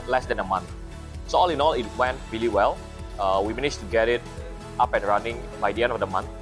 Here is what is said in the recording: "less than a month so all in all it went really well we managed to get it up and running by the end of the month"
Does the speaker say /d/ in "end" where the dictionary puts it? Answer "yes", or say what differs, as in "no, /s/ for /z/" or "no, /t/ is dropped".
yes